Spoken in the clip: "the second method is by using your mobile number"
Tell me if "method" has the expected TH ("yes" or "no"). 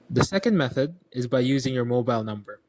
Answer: yes